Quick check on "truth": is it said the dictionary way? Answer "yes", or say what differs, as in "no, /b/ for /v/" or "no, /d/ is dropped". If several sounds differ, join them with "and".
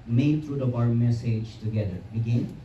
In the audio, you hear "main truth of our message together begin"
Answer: no, /t/ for /θ/